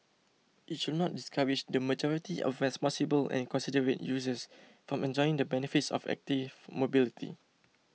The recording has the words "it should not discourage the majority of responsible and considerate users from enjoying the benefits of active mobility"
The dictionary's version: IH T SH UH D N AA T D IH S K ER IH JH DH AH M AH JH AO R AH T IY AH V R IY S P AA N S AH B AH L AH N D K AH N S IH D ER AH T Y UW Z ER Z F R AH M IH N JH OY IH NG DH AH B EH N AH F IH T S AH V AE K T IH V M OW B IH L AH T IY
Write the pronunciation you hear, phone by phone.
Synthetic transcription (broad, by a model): IH T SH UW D N AA T D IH S K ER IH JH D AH M AH JH AO R AH T IY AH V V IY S P AA S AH B AH L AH N K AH N S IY D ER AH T Y UW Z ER S F R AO M IH N JH OY IH NG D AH B EH N AH F IH T S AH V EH K T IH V M OW B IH L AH T IY